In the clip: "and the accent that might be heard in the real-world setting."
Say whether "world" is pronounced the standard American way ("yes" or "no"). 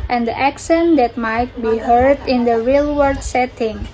no